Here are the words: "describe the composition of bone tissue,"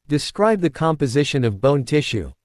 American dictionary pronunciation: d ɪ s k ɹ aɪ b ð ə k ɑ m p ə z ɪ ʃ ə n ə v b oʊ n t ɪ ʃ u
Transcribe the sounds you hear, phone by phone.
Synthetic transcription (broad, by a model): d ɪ s k ɹ aɪ b ð ə k ɑ m p ə z ɪ ʃ ə n ə v b oʊ n t ɪ ʃ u